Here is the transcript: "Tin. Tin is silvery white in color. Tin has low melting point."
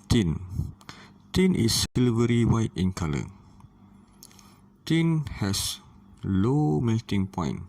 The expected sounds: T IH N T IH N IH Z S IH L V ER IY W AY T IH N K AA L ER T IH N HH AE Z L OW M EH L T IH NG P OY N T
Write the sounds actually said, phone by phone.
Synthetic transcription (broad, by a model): T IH N T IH N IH S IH L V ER IY W AY T IH N K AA L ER T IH N HH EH S L OW M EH T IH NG P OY N